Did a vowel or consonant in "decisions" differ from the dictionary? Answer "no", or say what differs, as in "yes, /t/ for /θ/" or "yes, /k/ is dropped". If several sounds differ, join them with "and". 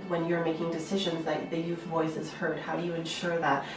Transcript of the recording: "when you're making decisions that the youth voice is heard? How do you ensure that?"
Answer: no